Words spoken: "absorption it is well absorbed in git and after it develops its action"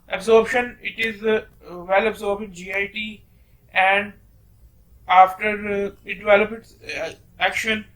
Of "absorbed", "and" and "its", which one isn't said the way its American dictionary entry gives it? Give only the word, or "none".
absorbed